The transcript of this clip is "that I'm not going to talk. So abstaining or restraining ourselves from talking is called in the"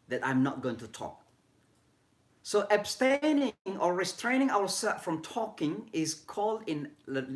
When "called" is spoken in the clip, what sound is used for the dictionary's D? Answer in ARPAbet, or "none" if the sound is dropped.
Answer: D